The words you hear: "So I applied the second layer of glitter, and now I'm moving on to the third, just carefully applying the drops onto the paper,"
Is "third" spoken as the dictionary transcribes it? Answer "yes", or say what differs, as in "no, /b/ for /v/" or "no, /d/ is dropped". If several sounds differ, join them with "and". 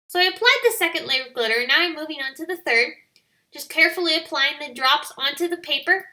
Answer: yes